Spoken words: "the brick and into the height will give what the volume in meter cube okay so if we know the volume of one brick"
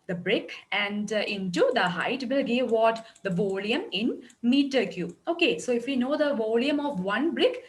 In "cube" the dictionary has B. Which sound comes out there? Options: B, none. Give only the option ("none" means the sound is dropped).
none